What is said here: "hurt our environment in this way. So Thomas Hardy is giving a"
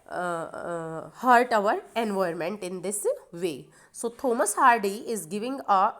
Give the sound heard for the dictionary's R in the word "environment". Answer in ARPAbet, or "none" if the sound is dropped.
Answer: none